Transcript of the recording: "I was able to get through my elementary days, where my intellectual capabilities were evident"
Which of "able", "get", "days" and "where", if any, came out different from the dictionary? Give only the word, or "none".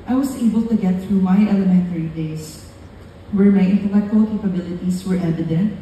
days